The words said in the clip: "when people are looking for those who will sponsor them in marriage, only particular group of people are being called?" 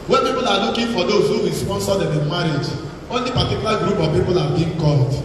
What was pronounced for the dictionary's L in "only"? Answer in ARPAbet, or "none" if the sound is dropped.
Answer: L